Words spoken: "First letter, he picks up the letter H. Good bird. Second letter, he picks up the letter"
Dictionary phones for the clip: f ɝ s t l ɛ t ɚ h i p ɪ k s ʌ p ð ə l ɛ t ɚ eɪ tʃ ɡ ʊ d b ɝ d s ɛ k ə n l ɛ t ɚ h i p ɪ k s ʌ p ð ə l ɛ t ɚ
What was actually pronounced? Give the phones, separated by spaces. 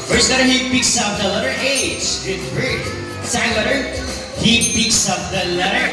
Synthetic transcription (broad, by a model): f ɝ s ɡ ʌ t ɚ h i p ɪ k s ʌ p ð ə l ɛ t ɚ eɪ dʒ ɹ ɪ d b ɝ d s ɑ ə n l ɛ t ɚ h i p ɪ k s ʌ p ð ə l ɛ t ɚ